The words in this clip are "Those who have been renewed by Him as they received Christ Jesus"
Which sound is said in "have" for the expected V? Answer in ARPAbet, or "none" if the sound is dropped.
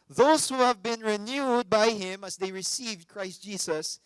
V